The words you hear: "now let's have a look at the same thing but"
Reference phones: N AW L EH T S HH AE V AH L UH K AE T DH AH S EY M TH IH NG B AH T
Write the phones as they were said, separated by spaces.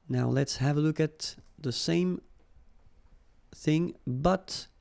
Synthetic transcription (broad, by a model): N AW L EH T S HH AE V AH L UH K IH T DH AH S EY M TH IH NG B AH T